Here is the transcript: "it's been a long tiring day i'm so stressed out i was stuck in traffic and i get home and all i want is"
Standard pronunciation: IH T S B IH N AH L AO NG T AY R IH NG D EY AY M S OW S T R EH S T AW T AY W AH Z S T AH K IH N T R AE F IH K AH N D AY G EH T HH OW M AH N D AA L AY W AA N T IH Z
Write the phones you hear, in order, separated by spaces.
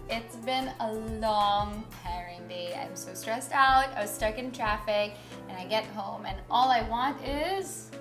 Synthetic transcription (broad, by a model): IH T S B IH N AH L AO NG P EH R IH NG D EY AY M S OW S T R EH S T AW T AY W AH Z S T AH K IH N T R AE F IH K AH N AY G EH T HH OW M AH N AA L AY W AA N T IH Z